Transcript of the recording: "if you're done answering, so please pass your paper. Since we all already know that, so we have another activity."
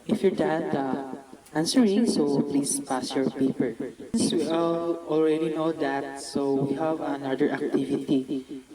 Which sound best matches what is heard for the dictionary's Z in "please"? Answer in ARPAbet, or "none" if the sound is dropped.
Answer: S